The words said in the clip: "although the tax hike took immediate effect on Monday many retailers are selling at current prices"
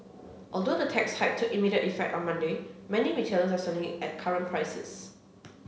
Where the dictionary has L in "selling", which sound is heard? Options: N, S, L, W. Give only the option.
N